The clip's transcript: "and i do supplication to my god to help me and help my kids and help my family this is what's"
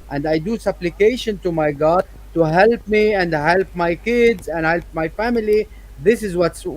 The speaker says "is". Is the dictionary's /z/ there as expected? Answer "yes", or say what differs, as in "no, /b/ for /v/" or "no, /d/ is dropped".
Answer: yes